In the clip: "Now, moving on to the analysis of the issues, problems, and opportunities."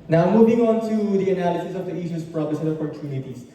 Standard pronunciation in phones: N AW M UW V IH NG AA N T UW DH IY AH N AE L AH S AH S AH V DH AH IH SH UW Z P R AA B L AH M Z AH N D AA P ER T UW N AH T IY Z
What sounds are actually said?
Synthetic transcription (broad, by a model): N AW M UW V IH NG AA N T UW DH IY AH N AE L AH S AH S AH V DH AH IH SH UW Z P R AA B AH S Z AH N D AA P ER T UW N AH T IY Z